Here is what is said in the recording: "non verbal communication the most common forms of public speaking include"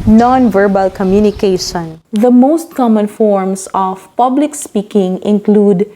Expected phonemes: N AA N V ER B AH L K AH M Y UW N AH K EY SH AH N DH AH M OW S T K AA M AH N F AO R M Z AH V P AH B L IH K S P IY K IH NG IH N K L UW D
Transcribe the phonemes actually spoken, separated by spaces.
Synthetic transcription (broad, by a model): N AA N V ER B AH L K AH M Y UW N AH K EY SH AH N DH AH M OW S T K AA M AH N F AO R M S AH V P AH B L IH K S P IY K IH NG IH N K L UW D